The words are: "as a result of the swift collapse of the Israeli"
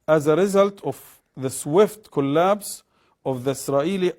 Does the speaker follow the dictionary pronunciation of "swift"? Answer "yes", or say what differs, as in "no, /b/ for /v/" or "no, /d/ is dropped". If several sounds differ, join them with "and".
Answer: yes